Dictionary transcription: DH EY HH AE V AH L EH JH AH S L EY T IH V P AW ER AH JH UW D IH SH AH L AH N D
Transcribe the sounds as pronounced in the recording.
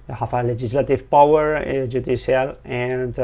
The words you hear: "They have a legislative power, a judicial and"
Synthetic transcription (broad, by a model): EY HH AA F AH L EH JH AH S L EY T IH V P AW ER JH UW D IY S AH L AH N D